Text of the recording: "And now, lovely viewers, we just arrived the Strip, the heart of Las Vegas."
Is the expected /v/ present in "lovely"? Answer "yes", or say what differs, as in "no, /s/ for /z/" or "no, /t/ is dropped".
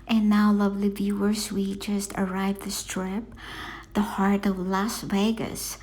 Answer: yes